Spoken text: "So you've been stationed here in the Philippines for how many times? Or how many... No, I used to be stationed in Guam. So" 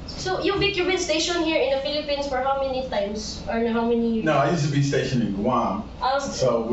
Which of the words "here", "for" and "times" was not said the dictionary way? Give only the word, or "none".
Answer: times